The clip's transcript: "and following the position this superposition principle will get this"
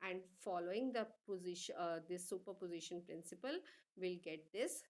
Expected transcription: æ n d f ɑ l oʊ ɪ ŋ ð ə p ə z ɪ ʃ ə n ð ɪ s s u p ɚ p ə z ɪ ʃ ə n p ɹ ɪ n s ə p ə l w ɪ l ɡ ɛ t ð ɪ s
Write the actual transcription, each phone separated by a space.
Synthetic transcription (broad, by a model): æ n d f ɑ l oʊ ɪ ŋ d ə p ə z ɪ ʃ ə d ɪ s s u p ɚ p ə z ɪ ʃ ə n p ɹ ɪ n s ə p ə l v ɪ l ɡ ɛ t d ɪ s